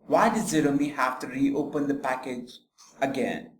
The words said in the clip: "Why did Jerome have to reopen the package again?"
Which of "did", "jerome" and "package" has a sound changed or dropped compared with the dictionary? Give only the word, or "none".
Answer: jerome